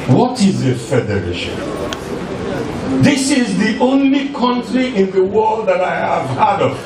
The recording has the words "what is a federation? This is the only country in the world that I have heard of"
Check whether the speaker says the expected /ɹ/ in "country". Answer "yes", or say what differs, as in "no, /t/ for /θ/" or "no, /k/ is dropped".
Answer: yes